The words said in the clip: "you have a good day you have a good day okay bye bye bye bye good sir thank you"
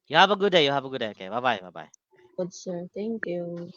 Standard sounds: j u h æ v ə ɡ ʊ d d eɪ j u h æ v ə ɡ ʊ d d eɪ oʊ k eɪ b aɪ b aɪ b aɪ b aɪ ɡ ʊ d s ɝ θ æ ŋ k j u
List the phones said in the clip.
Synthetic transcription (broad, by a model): j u h æ v ə ɡ ʊ d d eɪ j u h æ v ə ɡ ʊ d d eɪ oʊ k eɪ b aɪ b aɪ b aɪ b aɪ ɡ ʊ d s ɝ t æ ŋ k j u